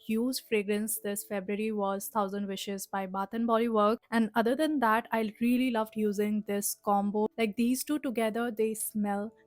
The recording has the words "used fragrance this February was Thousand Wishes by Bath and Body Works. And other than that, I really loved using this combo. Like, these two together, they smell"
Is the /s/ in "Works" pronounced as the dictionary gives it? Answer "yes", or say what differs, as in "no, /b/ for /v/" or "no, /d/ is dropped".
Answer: no, /s/ is dropped